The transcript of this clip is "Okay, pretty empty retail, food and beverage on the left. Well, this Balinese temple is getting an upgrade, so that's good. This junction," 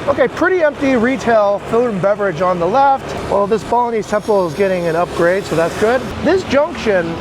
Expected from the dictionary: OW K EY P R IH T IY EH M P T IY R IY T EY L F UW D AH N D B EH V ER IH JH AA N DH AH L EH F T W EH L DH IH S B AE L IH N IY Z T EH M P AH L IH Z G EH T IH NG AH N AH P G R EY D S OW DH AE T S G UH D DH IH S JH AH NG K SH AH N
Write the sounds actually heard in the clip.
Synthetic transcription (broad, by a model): OW K EY P R IH T IY EH M P T IY R IY T EY L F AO AH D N B EH V ER IH JH N DH AH L EH F T W EH L DH IH S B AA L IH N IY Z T EH M P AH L IH Z G EH T IH NG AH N AH P G R EY D S OW DH AE T S G UH D DH IH S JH AH NG K SH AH N